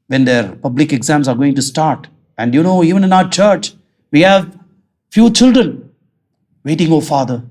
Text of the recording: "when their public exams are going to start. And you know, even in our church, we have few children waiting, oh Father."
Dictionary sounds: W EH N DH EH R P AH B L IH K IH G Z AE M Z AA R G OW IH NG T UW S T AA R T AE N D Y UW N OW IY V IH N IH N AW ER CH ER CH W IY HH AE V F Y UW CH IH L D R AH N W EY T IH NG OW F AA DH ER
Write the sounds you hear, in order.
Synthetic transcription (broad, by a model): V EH N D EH R P AH B L IH K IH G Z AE M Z AA R G OW IH NG T UW S T AA R T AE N D Y UW N OW IY V IH N IH N AW ER CH ER CH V IY HH AE V F Y UW CH IH L D R AH N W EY T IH NG OW F AA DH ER